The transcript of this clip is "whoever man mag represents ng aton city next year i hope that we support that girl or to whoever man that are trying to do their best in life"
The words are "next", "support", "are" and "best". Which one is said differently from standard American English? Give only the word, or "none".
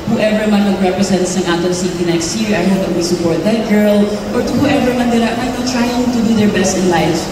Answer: are